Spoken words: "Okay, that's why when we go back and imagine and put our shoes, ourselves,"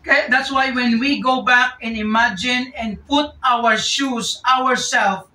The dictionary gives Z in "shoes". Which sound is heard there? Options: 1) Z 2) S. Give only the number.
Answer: 2